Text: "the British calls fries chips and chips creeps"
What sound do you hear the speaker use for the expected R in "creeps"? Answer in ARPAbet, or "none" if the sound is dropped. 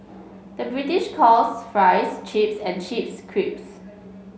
R